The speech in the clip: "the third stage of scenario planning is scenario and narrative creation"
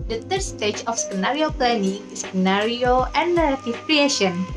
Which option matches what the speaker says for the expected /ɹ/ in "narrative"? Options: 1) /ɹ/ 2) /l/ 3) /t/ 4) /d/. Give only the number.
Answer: 2